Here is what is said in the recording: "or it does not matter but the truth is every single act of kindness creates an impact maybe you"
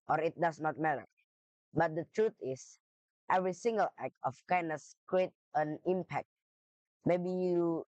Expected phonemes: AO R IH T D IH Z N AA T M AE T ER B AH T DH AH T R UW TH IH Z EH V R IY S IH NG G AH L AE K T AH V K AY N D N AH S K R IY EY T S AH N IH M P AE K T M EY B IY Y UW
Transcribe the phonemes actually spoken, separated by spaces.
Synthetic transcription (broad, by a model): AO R IH T D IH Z N AA T M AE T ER B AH T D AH T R UW T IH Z EH V R IY S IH NG G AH L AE K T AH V K AY N D AH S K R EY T AH N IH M P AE K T M EY B IY Y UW